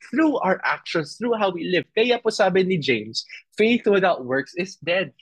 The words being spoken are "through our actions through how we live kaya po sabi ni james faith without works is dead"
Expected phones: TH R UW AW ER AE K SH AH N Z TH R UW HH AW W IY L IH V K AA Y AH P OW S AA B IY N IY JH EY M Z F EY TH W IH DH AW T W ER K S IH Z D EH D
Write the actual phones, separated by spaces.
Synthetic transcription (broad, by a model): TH R UW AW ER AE K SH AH N S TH R UW HH AW W IY L IH V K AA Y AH P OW S AA B IY N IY JH EY M S F EY TH W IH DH AW T W ER K S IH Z D EH D